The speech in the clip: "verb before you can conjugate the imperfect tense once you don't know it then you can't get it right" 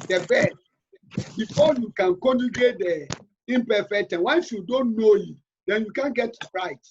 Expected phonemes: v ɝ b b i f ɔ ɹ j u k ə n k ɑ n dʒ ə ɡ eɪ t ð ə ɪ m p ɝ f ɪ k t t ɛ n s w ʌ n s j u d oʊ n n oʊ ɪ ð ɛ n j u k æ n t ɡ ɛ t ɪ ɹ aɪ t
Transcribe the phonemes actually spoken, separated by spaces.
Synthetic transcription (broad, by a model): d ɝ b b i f ɔ j u k ə n k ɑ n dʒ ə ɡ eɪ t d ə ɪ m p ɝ f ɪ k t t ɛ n w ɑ n s j u d oʊ n n oʊ ɪ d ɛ n j u k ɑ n ɡ ɛ t ɹ aɪ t